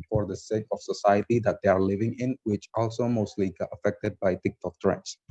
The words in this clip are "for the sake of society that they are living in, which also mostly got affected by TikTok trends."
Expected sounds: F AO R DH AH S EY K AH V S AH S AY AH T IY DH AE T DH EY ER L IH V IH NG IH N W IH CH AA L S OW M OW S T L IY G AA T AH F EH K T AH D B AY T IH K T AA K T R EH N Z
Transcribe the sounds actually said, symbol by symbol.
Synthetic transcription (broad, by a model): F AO R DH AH S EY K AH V S AH S AY AH T IY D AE T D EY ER L IH V IH NG IH N W IH CH AA L S OW M OW S T L IY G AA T AH F EH K T AH D B AY T IH K T AA K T R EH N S